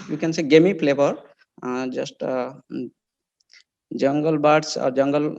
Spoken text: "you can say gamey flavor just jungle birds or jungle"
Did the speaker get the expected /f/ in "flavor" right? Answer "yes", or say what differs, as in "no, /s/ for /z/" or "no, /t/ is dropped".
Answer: no, /p/ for /f/